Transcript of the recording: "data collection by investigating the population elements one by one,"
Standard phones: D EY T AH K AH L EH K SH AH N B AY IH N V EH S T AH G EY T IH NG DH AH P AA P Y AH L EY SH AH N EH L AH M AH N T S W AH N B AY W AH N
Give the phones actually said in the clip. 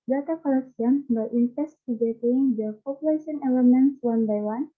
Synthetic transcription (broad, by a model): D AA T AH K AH L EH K S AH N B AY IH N F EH S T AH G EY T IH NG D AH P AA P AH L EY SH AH N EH L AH M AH N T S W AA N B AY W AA N